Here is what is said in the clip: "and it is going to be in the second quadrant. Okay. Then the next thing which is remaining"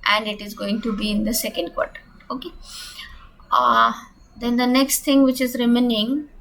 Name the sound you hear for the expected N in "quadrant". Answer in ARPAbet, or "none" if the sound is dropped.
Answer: none